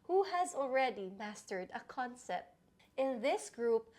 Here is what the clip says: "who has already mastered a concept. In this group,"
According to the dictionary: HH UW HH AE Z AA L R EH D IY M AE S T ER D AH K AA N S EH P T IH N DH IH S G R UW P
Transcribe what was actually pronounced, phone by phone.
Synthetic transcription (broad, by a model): HH UW HH AE Z AA L R EH D IY M AE S T ER D AH K AA N S EH P T IH N DH IH S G R UW P